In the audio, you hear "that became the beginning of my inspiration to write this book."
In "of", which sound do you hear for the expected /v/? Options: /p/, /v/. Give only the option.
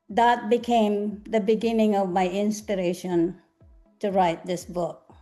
/v/